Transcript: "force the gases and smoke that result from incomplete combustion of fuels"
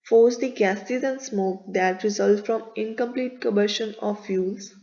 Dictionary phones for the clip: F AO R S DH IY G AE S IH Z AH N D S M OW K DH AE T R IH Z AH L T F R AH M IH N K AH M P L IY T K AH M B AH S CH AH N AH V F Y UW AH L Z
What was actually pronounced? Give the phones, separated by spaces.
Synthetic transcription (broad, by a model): F AO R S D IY G AE S IH Z AH N D S M OW K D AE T R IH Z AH L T F R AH M IH N K AH M P L IY T K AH B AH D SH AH N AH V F Y UW L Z